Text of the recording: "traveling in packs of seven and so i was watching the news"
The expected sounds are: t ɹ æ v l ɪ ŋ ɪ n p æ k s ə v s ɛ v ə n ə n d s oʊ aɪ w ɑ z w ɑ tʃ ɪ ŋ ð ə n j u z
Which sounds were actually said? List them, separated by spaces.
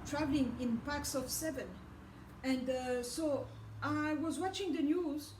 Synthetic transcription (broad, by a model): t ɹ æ v l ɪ ŋ ɪ n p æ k s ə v s ɛ v ə n ə n d s oʊ aɪ w ɑ z w ɑ tʃ ɪ ŋ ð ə n j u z